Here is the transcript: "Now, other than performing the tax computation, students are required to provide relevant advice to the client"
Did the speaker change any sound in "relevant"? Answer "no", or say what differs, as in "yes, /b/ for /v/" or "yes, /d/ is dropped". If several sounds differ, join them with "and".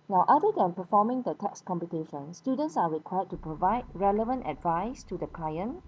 no